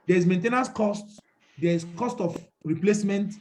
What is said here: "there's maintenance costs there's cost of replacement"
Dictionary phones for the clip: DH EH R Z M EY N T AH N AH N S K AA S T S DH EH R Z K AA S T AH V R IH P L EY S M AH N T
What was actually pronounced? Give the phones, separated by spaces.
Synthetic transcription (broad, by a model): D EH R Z M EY N T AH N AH S K AA S T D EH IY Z K AA S T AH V R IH P L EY S M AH N T